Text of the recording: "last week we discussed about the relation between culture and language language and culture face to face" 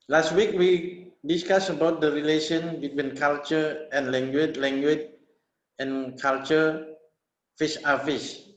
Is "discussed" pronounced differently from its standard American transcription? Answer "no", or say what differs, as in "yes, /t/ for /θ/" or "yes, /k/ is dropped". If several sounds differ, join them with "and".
yes, /t/ is dropped